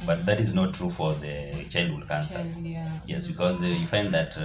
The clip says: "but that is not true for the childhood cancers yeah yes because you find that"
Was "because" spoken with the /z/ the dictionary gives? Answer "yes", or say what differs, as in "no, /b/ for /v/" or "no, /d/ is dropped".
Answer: yes